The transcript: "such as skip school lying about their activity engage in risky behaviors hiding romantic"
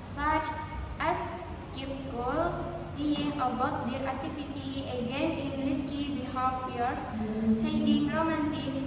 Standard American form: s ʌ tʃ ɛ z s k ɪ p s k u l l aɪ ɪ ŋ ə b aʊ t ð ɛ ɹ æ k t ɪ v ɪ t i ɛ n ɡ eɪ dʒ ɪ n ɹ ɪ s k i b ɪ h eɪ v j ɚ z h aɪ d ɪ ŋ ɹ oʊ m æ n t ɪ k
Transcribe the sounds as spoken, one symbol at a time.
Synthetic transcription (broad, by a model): s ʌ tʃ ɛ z s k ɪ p s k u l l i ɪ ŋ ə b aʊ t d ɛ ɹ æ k t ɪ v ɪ t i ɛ ɡ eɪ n ɪ n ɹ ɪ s k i b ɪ h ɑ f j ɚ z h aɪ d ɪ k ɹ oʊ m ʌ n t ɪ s